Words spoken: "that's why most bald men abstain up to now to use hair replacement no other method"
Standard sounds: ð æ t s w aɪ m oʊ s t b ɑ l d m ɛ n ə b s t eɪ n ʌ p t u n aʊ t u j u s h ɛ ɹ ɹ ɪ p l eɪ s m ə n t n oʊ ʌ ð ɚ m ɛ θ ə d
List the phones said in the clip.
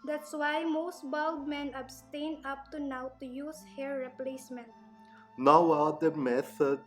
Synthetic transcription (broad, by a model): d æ t s w aɪ m oʊ s t b ɑ l d m ɛ n ə b s t eɪ n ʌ p t u n aʊ t u j u s h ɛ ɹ ɹ ɪ p l eɪ s m ə n t n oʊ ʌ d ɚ m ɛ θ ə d